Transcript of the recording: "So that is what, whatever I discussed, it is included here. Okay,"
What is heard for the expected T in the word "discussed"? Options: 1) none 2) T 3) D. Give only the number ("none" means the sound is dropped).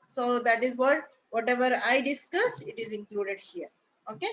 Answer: 1